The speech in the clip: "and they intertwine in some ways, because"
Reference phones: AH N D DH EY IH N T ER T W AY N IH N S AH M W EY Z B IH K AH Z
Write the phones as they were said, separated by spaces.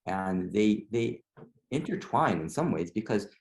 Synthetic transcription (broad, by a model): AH N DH DH EY IH N T ER T W AY N IH N S AH M W EY Z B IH K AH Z